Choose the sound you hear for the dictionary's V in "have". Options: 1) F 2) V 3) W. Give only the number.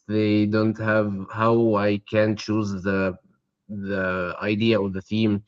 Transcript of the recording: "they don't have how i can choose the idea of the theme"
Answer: 2